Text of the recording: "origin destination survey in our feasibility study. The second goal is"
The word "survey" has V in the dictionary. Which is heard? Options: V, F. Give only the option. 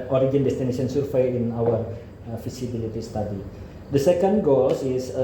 F